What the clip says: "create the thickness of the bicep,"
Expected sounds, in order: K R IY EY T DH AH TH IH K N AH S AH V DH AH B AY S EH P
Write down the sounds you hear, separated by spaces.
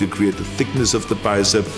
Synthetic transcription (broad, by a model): K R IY EY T DH AH TH IH K N AH S AH V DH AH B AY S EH